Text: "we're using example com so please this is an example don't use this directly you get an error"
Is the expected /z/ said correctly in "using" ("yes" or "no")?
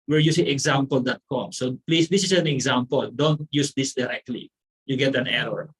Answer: no